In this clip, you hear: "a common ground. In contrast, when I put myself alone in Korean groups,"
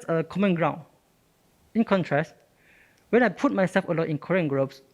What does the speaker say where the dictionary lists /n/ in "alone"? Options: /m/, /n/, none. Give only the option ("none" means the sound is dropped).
none